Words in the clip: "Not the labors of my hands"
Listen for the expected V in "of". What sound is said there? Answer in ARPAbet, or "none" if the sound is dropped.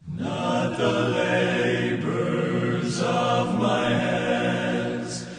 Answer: V